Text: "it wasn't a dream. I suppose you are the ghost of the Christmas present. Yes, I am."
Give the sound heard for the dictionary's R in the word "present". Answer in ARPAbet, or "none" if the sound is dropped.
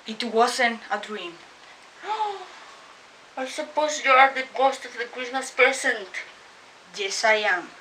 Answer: none